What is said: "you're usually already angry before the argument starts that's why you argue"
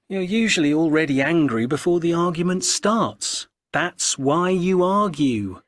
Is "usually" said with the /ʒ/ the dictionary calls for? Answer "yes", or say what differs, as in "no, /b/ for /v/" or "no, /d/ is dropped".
yes